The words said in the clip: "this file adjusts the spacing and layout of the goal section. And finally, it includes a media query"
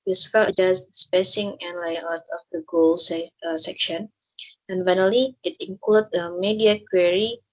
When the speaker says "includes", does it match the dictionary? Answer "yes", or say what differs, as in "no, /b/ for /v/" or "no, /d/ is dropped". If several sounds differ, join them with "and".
no, /z/ is dropped